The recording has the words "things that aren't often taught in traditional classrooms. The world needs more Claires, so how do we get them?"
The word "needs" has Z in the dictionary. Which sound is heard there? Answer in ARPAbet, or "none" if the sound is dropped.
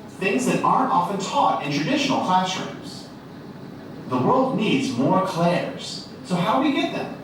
Z